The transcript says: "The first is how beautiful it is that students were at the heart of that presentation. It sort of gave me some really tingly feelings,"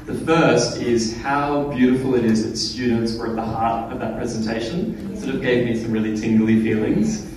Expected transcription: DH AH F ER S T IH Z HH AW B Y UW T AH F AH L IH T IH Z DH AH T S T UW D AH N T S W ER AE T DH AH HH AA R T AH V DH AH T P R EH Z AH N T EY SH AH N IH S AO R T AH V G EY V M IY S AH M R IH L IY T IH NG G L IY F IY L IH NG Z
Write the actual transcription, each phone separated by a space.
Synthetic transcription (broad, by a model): DH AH F ER S T IH Z HH AW B Y UW T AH F L IH T IH Z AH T S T UW D N T S W ER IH T DH AH HH AA R T AH V DH AH T P R EH Z AH N T EY SH AH N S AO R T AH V G EY V M IY S AH M R IH L IY T IH NG G L IY F IY L IH NG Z